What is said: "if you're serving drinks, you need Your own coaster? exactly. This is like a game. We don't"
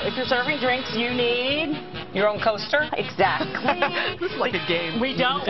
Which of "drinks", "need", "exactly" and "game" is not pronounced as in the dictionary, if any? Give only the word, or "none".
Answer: none